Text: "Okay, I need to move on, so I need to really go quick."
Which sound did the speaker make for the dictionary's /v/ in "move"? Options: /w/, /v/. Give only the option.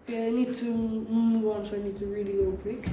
/w/